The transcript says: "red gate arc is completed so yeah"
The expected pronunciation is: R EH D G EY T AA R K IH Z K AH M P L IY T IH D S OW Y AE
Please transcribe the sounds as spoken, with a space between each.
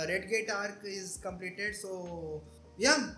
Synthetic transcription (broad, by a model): R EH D G EY T AA R K IH Z K AH M P L IY T IH D S OW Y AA